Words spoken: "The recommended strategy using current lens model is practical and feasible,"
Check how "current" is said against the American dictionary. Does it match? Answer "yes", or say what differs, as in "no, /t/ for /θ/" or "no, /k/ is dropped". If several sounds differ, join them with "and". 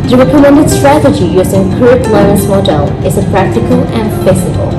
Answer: no, /n/ is dropped